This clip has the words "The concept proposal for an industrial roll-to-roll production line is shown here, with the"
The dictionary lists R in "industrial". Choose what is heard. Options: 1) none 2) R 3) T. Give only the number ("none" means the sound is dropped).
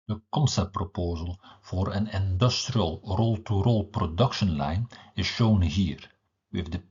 2